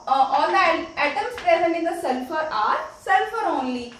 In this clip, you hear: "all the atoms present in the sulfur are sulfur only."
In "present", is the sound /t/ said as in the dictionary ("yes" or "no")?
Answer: no